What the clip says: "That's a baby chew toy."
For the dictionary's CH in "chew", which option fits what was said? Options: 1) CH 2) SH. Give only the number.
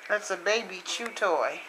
1